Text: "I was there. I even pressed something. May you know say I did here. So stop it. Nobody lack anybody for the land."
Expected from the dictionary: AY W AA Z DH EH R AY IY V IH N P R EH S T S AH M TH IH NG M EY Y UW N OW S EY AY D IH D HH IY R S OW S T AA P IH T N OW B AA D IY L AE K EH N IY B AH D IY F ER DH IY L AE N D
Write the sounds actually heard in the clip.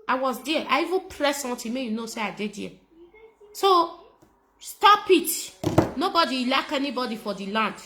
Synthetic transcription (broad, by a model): AY W AA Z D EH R AY IY V IH N P R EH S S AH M T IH M EY Y UW N OW S EY AY D IH D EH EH S OW S T AA P IH T N OW B AA D IY L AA K EH N IY B AH D IY F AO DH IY L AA N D